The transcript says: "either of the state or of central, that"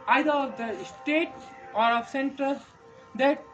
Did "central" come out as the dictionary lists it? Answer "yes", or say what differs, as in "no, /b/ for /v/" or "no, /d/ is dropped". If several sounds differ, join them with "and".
no, /ɹ/ is dropped